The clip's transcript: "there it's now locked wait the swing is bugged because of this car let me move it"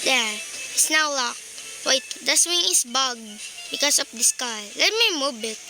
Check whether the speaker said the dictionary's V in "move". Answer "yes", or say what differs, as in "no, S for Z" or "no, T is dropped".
no, B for V